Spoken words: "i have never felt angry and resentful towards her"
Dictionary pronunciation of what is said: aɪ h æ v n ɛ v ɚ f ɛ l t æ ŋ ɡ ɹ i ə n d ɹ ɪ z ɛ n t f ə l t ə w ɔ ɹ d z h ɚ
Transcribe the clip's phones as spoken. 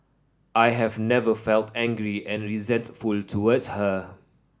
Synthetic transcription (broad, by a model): aɪ h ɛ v n ɛ v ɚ f ɛ l t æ ŋ ɡ ɹ i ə n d ɹ ɪ z ɛ n t f ə l t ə w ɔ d s h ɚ